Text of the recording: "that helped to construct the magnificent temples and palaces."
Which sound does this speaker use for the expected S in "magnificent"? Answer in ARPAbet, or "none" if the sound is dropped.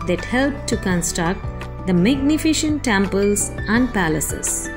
SH